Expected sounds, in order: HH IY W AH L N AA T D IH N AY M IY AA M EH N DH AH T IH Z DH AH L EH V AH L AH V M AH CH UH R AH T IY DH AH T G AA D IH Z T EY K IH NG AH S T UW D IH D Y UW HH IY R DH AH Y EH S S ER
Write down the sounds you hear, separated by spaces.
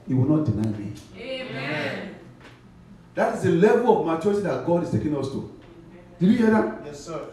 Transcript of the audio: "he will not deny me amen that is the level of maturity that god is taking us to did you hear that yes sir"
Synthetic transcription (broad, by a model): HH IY W AH L N AA T D IH N AY M IY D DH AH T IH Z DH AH L EH V AH L AH V M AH CH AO AH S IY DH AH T G AA D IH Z T EY K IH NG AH S T UW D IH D Y UW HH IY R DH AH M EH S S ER